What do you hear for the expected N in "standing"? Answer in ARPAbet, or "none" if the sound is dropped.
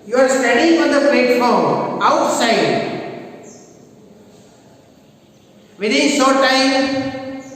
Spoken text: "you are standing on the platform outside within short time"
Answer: none